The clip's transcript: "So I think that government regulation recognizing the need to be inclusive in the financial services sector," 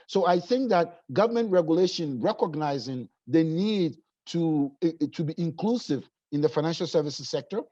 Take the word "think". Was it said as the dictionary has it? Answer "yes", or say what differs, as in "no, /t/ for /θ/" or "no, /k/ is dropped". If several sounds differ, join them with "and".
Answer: yes